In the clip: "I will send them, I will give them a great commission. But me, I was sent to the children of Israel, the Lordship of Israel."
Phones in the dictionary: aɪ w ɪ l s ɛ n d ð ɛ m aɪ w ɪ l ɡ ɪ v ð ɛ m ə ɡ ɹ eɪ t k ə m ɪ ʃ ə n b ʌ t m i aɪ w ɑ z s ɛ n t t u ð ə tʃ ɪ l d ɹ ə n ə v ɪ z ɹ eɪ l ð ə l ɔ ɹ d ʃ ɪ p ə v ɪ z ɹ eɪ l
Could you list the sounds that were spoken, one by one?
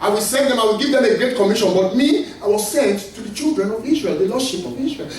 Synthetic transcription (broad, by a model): aɪ w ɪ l s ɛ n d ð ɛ m aɪ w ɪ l ɡ ɪ v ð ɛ m ə ɡ ɹ eɪ t k ə m ɪ ʃ ə n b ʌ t m i aɪ w ɑ z s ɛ n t t u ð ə tʃ ɪ l d ɹ ə n ə v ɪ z ɹ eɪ l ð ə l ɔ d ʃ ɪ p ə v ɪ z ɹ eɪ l